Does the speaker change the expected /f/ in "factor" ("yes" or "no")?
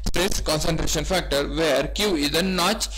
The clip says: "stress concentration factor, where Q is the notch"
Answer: no